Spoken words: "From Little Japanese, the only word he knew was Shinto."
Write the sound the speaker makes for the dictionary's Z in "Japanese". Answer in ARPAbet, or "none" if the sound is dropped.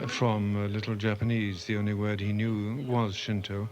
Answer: Z